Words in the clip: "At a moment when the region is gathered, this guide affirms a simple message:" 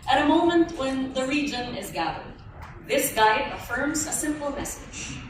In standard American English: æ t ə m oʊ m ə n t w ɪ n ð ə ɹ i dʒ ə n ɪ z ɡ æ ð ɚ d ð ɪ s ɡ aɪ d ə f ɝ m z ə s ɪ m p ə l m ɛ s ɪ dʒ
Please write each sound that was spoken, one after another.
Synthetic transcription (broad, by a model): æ t ə m oʊ m ə n t w ɪ n ð ə ɹ i dʒ ə n ɪ z ɡ æ ð ɚ d ð ɪ s ɡ aɪ d ə f ɝ m z ə s ɪ m p l m ɛ s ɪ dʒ